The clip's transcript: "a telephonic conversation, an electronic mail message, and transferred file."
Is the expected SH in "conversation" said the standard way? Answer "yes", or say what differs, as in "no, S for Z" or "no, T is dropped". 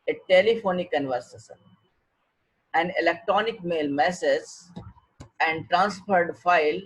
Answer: no, S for SH